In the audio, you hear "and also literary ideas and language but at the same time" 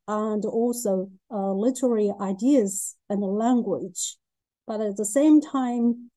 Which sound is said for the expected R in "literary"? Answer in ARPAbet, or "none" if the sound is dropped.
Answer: R